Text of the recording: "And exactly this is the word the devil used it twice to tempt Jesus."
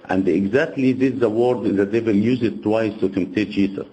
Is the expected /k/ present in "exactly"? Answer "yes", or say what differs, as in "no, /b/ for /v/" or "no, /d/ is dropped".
yes